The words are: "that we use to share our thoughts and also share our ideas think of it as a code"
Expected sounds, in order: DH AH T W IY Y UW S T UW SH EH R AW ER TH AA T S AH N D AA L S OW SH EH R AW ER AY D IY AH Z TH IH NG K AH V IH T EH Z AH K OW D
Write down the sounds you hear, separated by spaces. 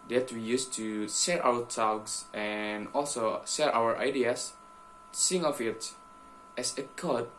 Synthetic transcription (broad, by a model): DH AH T W IY Y UW S T UW S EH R AW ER T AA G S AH N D AA L S OW S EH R AW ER AY D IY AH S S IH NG AH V IH T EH S AH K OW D